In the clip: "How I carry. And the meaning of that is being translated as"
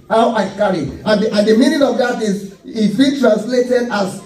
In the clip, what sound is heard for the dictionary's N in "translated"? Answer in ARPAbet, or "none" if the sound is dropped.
N